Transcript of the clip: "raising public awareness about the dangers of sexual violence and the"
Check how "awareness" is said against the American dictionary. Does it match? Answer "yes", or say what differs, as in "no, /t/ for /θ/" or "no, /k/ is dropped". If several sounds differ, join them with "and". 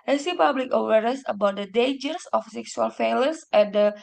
no, /n/ is dropped